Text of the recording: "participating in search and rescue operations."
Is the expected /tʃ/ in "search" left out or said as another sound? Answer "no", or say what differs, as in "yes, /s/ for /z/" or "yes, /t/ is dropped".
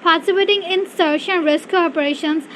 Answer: yes, /ʃ/ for /tʃ/